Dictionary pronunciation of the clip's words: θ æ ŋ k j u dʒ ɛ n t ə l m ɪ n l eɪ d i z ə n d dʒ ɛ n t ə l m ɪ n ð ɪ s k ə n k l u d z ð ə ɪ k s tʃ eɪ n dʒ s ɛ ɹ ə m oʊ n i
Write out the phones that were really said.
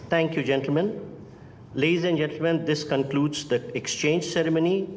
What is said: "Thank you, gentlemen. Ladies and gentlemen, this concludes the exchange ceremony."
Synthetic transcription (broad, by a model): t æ ŋ k j u dʒ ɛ n t l m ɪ n l eɪ d i z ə n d dʒ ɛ n t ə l m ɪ n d ɪ s k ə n k l u d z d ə ɪ k s tʃ eɪ n dʒ s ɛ ɹ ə m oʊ n i